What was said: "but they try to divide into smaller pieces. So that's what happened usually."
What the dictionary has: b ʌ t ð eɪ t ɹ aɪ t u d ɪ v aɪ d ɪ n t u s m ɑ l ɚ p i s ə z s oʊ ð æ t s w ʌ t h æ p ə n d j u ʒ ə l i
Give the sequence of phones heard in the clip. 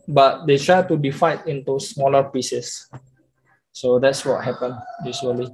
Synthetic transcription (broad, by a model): b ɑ t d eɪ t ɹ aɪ t u d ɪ f aɪ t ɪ n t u s m ɑ l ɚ p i s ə s oʊ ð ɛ t s w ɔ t h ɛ p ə n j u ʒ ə l i